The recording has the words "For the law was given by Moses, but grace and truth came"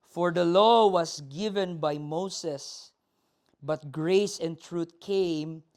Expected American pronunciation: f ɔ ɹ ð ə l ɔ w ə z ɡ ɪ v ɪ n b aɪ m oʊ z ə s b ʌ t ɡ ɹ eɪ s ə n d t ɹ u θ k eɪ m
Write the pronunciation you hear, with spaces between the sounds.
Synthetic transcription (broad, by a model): f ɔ ɹ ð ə l ɔ w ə s ɡ ɪ v ɪ n b aɪ m oʊ s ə s b ʌ t ɡ ɹ eɪ s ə n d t ɹ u t k eɪ m